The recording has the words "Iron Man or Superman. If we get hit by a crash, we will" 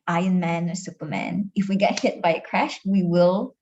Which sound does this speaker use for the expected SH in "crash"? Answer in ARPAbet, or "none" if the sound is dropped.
SH